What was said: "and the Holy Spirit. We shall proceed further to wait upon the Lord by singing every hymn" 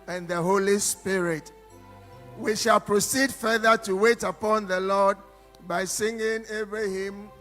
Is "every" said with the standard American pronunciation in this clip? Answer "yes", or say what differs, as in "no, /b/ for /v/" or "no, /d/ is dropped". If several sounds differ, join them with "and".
no, /b/ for /v/